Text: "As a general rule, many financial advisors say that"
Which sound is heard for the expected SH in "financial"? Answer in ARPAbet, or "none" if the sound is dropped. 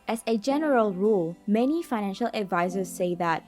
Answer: SH